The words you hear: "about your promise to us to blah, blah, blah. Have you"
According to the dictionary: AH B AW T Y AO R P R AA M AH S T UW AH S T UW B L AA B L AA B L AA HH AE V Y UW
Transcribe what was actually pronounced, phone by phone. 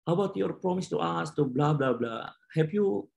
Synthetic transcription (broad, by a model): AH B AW T Y AO R P R AA M AH S T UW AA S T UW B L AA B L AA B L AA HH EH P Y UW